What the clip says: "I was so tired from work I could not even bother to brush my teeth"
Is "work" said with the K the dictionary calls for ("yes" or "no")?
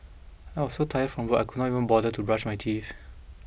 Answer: no